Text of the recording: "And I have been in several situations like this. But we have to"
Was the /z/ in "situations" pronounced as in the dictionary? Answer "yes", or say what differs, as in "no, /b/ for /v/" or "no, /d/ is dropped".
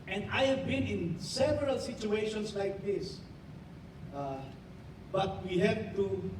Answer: no, /s/ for /z/